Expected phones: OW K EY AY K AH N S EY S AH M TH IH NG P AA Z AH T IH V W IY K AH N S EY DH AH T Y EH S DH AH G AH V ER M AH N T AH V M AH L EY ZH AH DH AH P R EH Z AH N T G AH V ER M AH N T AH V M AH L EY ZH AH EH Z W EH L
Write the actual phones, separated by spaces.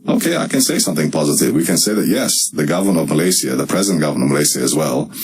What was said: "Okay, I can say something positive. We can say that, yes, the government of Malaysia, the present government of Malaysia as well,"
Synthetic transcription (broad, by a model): OW K EY AY K AH N S EY S AH M TH IH NG P AA Z AH T IH V W IY K AH N S EY DH AH T Y EH S DH AH G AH V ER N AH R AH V M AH L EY S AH DH AH P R EH Z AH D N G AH V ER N AH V M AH L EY S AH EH Z W EH L